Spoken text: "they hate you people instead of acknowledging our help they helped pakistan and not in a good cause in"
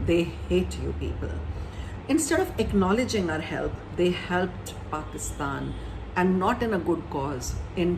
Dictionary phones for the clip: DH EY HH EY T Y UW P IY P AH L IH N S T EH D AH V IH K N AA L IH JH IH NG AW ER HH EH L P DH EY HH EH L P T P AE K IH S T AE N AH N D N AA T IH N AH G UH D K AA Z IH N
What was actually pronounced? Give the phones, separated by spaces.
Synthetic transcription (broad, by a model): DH EY HH EY T Y UW P IY P AH L IH N S T EH D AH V IH K N AA L IH JH IH NG AW ER HH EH L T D EY HH EH L P T P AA K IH S T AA N AH N D N AA T IH N AH G UH D K AA Z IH N